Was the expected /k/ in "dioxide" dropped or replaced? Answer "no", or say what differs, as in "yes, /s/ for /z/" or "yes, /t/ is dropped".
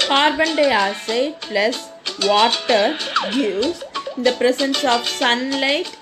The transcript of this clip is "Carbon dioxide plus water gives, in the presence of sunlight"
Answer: yes, /k/ is dropped